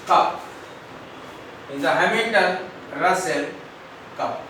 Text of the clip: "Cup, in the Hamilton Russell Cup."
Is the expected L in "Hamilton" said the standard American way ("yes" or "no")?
no